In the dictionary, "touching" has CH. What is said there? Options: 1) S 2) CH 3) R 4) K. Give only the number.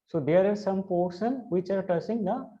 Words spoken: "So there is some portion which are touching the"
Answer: 1